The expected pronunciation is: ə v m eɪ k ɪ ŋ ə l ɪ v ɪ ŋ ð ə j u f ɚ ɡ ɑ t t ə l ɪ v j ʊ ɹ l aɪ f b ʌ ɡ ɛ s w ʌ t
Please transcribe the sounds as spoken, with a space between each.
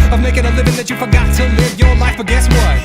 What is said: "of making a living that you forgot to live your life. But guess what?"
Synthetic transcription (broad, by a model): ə v m eɪ k ɪ ŋ ə l ɪ v ɪ ŋ ð ə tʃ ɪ f ɚ ɡ ɑ t s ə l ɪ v j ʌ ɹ l aɪ f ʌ ɡ ɛ s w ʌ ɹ